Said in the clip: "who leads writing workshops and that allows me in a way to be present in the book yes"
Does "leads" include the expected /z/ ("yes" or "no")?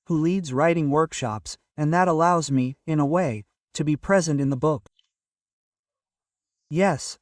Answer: yes